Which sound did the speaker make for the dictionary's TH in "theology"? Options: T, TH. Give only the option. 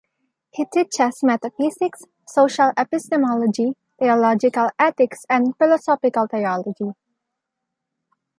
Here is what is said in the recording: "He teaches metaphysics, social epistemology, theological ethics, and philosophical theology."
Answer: T